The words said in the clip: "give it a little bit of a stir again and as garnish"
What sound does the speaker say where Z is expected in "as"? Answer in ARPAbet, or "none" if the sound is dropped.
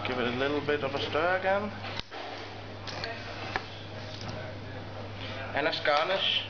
S